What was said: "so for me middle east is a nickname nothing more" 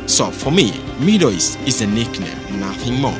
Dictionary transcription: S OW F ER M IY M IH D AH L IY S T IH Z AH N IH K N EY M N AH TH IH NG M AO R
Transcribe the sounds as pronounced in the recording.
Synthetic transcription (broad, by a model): S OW F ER M IY M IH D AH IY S IH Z AH N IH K N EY N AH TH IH NG M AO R